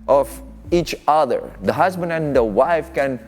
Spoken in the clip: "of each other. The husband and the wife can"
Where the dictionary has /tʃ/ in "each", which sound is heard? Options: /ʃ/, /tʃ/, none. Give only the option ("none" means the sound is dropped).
/tʃ/